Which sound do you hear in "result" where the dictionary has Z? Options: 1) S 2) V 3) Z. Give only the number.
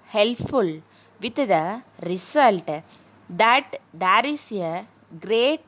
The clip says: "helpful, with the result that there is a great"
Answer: 1